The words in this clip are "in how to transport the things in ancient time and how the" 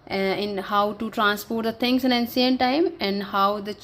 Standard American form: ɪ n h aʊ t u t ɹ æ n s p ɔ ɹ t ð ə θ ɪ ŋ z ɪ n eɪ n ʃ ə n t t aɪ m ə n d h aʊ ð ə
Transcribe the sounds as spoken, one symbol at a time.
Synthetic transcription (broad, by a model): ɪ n h aʊ t u t ɹ æ n s p ɔ ɹ t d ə t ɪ ŋ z ɪ n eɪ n s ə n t t aɪ m ə n d h aʊ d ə